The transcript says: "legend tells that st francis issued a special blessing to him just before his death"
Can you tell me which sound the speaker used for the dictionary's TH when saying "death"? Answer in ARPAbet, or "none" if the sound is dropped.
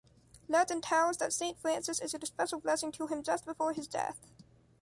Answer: TH